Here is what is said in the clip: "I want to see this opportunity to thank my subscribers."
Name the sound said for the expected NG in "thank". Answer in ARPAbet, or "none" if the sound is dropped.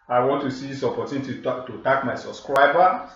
none